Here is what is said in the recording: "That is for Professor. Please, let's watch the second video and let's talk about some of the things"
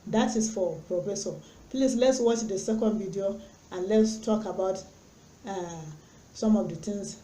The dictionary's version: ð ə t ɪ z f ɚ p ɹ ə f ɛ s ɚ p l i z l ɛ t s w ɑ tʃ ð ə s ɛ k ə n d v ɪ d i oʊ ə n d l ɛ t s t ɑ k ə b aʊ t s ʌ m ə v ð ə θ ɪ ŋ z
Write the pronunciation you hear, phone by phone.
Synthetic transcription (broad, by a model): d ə t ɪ s f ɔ p ɹ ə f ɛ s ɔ p l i s l ɛ t s w ɑ tʃ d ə s ɛ k ə n d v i d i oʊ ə n l ɛ t s t ɑ k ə b aʊ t s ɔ m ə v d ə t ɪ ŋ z